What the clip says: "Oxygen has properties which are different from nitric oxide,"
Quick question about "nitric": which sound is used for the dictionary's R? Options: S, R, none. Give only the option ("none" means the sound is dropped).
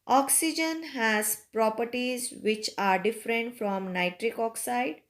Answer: R